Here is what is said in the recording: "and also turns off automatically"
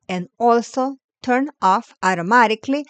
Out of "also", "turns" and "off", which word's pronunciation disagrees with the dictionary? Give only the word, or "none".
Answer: turns